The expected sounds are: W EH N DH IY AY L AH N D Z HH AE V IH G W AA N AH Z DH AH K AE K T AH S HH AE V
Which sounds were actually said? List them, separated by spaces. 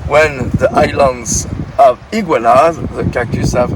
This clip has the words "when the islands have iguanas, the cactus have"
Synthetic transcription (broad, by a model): W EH N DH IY AY L AH N D Z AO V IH G W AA L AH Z DH AH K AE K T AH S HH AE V